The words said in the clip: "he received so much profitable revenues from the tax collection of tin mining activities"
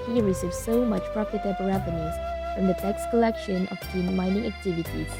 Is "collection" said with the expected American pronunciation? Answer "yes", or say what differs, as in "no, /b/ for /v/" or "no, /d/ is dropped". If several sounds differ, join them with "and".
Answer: yes